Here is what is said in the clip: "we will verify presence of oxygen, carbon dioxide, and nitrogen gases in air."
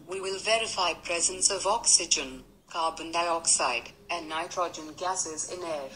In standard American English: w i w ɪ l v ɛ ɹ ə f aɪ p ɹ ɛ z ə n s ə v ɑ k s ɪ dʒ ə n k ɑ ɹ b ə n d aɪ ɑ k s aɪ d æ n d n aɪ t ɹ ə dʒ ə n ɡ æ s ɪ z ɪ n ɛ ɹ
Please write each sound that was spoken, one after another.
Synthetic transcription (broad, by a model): w i w ɪ l v ɛ ɹ ə f aɪ p ɹ ɛ z ə n s ə v ɑ k s ɪ dʒ ə n k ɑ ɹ b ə n d aɪ ɑ k s aɪ d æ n n aɪ t ɹ ə dʒ ə n ɡ æ s ɪ z ɪ n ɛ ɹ